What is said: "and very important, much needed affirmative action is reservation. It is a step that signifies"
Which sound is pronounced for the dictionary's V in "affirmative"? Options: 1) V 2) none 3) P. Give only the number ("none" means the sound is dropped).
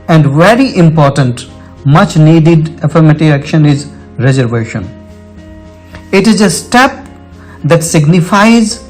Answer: 2